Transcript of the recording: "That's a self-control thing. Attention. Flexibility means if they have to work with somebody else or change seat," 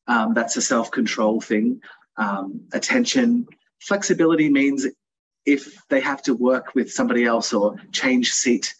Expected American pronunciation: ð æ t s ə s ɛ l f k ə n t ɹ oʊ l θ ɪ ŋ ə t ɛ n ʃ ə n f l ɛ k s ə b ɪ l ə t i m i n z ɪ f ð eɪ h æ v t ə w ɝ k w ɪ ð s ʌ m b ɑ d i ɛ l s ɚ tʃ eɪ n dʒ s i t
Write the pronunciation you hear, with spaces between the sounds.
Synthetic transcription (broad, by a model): ð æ t s ə s ɛ l f k ə n t ɹ oʊ l θ ɪ ŋ ə t ɛ n ʃ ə n f l ɛ k s ə b ɪ l ə t i m i n z ɪ f ð eɪ h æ f t ə w ɝ k w ɪ ð s ʌ m b ɑ d i ɛ l s ɚ tʃ eɪ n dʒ s i t